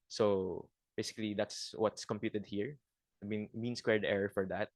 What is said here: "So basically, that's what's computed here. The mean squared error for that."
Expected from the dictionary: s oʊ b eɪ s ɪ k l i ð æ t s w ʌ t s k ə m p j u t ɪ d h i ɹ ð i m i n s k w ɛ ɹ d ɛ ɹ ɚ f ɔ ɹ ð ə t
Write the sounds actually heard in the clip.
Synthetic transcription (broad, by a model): s oʊ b eɪ s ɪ k l i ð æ t s w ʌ t s k ə m p j u t ɪ d h i ɹ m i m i n s k w ɛ ɹ d ɛ ɹ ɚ f ɔ ɹ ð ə t